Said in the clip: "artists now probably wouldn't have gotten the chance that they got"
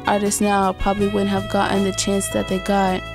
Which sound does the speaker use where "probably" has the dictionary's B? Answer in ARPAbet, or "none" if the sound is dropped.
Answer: B